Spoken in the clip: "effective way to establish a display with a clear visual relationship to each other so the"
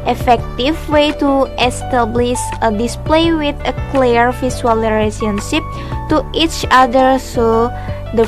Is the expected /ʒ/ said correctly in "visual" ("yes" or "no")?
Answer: no